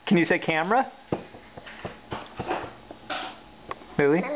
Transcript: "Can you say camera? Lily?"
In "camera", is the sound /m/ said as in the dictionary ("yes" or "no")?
yes